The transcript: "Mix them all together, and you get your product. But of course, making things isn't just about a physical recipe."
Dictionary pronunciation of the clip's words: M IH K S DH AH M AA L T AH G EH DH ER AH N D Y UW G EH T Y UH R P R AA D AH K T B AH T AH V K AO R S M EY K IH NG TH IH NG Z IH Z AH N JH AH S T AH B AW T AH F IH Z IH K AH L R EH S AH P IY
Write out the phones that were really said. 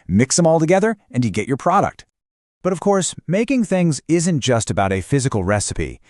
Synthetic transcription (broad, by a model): M IH K S DH AH M AA L T AH G EH DH ER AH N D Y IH G EH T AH R P R AA D AH K T B AH T AH V K AO R S M EY K IH NG TH IH NG Z IH Z AH N JH AH S T AH B AW T AH F IH Z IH K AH L R EH S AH P IY